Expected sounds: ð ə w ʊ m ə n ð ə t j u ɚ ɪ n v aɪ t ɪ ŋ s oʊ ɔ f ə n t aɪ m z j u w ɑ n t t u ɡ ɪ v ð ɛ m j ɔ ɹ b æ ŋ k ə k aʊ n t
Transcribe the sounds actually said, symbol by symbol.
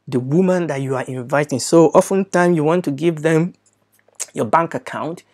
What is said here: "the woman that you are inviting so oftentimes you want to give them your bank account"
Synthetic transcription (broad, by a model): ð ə w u m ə n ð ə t j u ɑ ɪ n v aɪ t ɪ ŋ s oʊ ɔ f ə n t aɪ m j u w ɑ n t t u ɡ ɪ v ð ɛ m j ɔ b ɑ ŋ k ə k aʊ n t